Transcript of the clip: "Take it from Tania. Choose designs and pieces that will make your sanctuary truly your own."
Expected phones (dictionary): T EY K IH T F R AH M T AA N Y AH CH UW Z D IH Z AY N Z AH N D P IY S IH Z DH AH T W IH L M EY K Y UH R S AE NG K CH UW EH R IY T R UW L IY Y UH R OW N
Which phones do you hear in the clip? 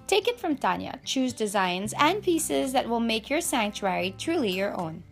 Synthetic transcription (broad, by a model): T EY K IH T F R AH M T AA N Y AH CH UW Z D IH Z AY N Z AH N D P IY S IH Z DH AH T W IH L M EY K Y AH R S AE NG K CH UW EH R IY T R UW L IY Y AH R OW N